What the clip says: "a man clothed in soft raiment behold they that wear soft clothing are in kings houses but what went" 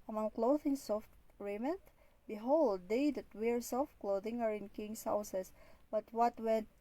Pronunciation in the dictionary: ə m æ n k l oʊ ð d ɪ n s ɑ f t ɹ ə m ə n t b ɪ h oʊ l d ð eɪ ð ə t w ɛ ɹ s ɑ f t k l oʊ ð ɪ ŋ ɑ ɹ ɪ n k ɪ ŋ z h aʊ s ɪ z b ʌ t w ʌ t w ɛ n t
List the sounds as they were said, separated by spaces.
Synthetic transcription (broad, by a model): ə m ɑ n k l oʊ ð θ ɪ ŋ s ɑ f t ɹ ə m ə n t b ɪ h oʊ l d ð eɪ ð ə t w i ɹ s ɑ f t k l oʊ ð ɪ ŋ ɑ ɹ ɪ n k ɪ ŋ s h aʊ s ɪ s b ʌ t w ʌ t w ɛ n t